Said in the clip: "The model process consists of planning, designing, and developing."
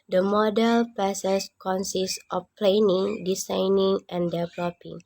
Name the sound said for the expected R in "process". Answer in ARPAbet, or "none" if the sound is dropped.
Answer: none